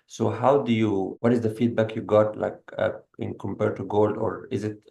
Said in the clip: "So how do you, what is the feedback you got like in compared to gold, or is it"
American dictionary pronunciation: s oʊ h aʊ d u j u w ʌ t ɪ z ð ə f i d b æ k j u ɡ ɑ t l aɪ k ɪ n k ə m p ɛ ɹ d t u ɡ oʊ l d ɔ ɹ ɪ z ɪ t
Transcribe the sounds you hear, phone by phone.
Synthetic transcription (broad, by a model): s oʊ h aʊ d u j u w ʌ t ɪ z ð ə f i d b æ k j u ɡ ɑ t l aɪ k ɪ n k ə m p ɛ ɹ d t u ɡ oʊ l d ɔ ɹ ɪ z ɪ t